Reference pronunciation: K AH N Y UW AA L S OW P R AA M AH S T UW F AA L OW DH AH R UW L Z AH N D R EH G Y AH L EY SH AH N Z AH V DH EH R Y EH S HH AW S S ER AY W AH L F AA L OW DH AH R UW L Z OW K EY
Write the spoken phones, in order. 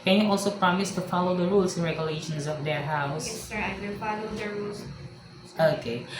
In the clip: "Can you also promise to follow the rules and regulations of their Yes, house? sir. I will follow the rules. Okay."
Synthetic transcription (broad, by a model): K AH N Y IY AA L S OW P R AA M AH S T UW F AA L OW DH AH R UW L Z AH N R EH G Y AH L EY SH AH N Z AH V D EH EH HH AW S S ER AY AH F AA L OW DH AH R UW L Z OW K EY